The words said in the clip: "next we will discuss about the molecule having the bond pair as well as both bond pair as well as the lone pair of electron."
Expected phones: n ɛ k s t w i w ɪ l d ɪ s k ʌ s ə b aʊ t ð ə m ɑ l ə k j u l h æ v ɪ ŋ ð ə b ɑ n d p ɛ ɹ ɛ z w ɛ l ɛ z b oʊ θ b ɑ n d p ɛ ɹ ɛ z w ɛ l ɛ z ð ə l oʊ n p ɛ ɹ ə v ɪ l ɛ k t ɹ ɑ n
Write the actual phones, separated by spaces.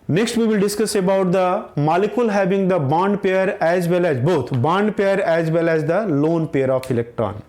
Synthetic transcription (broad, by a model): n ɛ k s t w i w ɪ l d ɪ s k ʌ s ə b aʊ t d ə m ɑ l ə k j u l h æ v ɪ ŋ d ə b ɑ n d p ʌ ɹ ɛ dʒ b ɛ l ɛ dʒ b oʊ t b ɑ n d p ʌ ɹ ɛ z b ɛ l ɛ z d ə l oʊ n p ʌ ɹ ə f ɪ l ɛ k t ɹ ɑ n